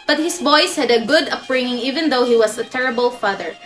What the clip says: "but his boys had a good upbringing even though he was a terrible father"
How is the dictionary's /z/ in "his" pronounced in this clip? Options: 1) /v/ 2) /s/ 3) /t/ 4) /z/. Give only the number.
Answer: 2